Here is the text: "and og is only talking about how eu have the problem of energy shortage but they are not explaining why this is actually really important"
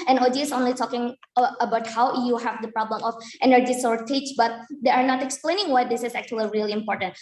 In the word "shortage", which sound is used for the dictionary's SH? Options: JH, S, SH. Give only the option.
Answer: S